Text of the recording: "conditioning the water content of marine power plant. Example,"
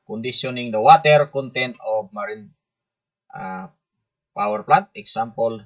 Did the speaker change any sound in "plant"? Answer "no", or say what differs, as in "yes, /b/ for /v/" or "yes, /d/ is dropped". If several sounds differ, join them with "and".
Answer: yes, /n/ is dropped